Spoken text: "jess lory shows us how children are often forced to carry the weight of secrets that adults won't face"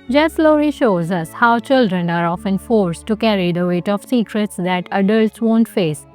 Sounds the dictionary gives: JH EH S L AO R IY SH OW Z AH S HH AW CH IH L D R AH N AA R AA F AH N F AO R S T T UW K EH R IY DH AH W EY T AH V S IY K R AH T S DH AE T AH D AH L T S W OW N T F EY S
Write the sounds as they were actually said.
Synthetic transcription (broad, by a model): JH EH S L AO R IY SH OW Z AH S HH AW CH IH L D R AH N AA R AA F AH N F AO R S T T UW K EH R IY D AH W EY T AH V S IY K R AH T S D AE T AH D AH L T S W OW N T F EY S